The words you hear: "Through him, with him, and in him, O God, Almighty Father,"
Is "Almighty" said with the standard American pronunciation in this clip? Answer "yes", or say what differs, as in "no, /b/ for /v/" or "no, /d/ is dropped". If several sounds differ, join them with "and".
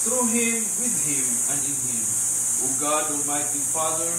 no, /l/ is dropped